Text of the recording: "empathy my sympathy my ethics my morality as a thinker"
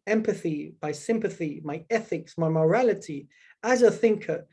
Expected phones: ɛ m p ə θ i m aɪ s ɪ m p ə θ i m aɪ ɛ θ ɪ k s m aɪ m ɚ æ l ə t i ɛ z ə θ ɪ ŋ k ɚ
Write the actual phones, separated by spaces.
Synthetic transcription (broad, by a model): ɛ m p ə θ i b aɪ s ɪ m p ə θ i m aɪ ɛ θ ɪ k s m aɪ m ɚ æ l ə t i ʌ z ə θ ɪ ŋ k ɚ